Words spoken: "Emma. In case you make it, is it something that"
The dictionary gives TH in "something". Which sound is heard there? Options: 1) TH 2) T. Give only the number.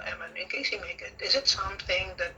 1